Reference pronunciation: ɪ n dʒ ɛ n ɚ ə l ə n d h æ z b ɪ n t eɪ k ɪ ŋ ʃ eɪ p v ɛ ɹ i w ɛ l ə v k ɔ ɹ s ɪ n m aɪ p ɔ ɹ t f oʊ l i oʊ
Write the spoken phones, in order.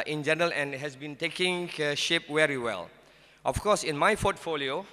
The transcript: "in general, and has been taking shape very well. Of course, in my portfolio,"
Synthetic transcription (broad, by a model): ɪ n dʒ ɛ n ɚ ə l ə n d h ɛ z b ɪ n t eɪ k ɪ ŋ ʃ eɪ p w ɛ ɹ i w ɛ l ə f k ɔ s ɪ n m aɪ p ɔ t f oʊ l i oʊ